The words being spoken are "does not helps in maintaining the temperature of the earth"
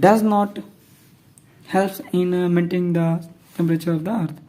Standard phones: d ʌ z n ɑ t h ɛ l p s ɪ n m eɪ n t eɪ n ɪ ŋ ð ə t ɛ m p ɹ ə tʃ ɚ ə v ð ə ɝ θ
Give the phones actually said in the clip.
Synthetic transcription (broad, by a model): d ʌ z n ɑ t h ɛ l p ɪ n m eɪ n t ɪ ŋ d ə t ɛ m p ɹ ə tʃ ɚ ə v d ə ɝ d